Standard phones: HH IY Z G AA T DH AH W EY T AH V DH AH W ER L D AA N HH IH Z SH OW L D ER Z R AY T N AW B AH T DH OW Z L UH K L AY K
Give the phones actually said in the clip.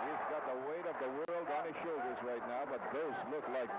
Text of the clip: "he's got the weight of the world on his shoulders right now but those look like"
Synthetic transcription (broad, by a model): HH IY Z G AA T DH AH W EY T AH V DH AH W ER L D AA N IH SH OW L D ER Z R AY T N AW B AH T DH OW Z L UH K L AY K